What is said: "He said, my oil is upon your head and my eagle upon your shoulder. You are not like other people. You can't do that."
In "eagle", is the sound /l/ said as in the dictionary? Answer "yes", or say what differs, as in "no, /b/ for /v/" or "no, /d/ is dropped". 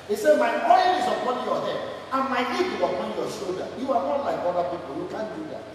no, /w/ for /l/